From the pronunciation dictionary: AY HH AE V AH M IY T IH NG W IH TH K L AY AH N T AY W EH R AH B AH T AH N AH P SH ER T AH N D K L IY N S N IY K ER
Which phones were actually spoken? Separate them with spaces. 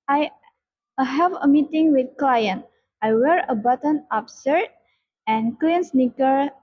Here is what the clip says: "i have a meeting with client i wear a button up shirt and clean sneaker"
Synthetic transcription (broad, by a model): AY HH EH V AH M IY T IH NG W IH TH K L AY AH N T AY W EH R AH B AH T AH N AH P S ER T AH N K L IY N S N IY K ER